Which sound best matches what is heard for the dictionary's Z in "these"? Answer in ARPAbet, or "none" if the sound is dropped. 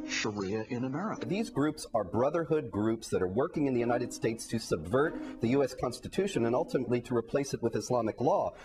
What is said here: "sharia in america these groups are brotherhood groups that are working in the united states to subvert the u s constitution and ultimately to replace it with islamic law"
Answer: Z